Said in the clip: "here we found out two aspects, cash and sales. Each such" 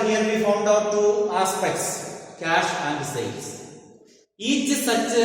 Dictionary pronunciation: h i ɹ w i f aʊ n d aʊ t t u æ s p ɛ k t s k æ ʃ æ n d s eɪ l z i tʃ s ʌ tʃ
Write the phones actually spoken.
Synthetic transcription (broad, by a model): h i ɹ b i f aʊ n d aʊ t t u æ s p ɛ k t s k æ ʃ æ n d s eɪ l s i tʃ s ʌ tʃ